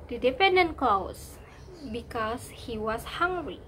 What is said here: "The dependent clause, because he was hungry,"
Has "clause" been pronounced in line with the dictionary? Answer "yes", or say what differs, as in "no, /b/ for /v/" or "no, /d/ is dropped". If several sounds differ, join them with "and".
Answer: no, /s/ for /z/